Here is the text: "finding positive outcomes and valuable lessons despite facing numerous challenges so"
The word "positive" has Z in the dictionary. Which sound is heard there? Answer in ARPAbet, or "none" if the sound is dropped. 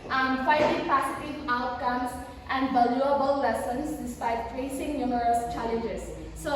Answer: S